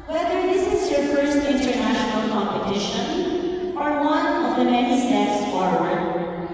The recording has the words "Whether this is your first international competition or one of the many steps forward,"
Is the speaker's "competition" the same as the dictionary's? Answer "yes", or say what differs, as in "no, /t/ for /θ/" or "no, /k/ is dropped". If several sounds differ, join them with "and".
yes